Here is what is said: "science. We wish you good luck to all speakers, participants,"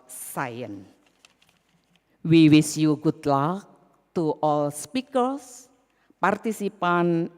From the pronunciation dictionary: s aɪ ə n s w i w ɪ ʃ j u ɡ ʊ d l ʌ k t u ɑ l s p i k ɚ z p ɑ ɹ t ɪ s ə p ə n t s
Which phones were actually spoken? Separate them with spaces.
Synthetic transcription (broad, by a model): s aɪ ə n w i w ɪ s j u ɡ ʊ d l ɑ k t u ɑ l s p i k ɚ s p ɑ ɹ t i s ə p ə n